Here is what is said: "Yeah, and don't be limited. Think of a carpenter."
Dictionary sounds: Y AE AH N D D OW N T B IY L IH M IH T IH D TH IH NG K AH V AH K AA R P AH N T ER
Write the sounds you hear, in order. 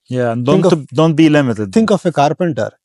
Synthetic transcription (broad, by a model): Y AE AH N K D OW N T B IY L IH M IH T IH D T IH NG K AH F AH K AA R P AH N T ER